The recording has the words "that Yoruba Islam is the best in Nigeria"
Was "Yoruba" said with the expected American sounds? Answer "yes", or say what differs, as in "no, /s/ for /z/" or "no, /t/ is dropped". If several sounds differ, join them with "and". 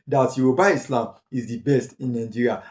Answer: no, /b/ is dropped